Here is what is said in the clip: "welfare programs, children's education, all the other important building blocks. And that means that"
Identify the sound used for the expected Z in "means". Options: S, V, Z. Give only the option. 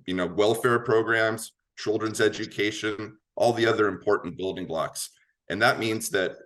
Z